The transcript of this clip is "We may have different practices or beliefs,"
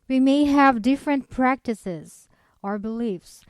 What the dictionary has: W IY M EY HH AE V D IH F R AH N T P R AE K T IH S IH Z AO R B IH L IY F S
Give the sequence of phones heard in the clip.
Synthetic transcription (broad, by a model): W IY M EY HH AE V D IH F R AH N T P R AE K T IH S IH Z AO R B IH L IY F S